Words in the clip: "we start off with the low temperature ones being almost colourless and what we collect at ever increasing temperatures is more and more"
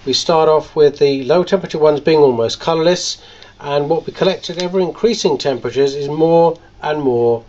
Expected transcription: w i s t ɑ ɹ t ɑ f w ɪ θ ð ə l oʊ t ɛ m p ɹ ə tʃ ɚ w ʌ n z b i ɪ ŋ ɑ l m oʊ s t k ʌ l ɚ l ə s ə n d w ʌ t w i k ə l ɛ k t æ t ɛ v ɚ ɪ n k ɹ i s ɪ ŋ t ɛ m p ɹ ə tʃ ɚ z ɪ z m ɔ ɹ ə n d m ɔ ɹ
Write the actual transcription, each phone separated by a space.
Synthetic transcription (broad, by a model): w i s t ɑ ɹ t ɑ f w ɪ ð ə l oʊ t ɛ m p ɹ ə tʃ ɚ w ʌ n z b i ɪ ŋ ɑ l m oʊ s k ʌ l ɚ l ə s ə n w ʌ t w i k ə l ɛ k t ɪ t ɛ v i ɪ n k ɹ i s ɪ ŋ t ɛ m p ɹ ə tʃ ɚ z ɪ z m ɔ ɹ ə n m ɔ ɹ